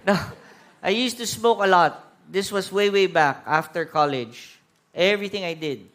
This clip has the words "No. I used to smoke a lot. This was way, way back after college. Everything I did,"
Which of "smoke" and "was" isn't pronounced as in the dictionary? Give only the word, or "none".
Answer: was